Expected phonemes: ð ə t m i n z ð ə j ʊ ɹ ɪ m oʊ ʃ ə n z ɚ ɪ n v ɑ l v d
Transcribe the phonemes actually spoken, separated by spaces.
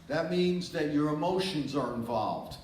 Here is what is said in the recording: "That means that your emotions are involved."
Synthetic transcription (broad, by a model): ð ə t m i n z ð ə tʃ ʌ ɹ ɪ m oʊ ʃ ə n z ɚ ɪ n v ɑ l v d